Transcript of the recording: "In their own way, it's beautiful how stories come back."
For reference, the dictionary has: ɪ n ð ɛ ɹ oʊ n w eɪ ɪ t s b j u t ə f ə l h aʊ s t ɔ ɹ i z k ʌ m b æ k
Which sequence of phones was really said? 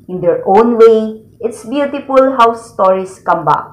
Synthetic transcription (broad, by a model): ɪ n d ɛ ɹ oʊ n w eɪ ɪ t s b j u t ə f ə l h aʊ s t ɔ ɹ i s k ʌ m b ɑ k